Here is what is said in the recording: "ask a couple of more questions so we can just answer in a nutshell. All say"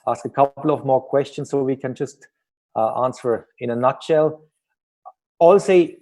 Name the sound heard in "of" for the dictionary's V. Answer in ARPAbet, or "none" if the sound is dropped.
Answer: V